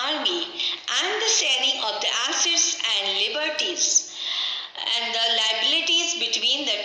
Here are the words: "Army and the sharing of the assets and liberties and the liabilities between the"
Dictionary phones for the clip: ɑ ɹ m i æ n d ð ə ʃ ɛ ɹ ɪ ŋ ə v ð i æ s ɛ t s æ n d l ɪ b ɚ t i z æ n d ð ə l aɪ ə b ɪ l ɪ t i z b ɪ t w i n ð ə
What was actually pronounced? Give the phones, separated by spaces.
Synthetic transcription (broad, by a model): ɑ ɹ m i æ n d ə s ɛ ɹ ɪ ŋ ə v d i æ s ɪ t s æ n d l ɪ b ɚ t i z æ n d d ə l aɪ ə b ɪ l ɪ t i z b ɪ t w i n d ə